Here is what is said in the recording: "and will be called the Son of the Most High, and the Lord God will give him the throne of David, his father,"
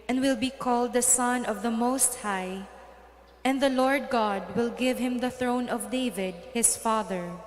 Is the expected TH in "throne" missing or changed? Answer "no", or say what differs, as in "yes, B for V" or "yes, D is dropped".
no